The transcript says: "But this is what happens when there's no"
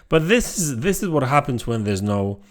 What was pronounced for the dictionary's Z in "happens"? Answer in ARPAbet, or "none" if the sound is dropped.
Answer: Z